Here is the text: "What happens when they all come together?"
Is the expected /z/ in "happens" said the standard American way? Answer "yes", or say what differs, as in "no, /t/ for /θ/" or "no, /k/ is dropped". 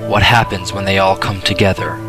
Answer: yes